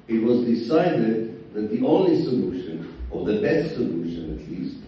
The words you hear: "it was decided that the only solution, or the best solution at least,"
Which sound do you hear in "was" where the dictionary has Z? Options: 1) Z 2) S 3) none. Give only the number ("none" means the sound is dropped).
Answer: 1